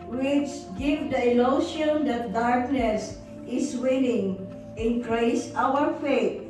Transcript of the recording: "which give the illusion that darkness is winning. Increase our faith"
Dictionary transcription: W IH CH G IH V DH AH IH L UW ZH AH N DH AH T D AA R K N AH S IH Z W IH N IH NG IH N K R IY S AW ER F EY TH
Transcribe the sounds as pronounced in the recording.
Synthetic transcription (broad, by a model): W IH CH G IH V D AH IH L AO SH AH N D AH T D AA R K N AH S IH S W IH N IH NG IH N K R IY S AW ER F EY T